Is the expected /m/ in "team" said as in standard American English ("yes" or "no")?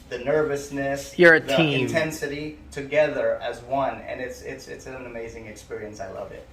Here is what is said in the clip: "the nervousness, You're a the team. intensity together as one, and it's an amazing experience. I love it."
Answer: no